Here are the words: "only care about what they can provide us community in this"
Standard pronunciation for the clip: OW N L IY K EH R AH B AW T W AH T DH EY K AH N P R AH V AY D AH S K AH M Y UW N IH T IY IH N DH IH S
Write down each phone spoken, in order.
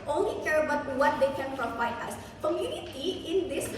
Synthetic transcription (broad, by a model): OW N L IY K EH R AH B AW T W AH T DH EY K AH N F R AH F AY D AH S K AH M Y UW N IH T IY IH N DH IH S